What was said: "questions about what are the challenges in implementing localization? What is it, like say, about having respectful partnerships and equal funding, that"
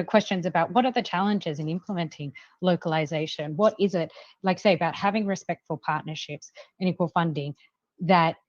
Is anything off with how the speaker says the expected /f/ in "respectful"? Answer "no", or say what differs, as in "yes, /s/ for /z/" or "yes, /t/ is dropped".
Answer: no